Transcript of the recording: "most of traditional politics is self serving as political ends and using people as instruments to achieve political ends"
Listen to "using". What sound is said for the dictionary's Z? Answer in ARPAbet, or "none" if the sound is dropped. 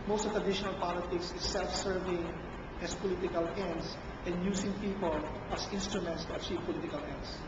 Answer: S